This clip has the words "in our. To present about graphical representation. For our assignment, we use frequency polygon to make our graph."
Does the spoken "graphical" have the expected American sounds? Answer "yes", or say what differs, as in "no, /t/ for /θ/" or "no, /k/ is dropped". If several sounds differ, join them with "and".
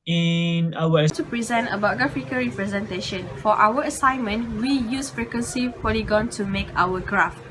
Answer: no, /ɹ/ is dropped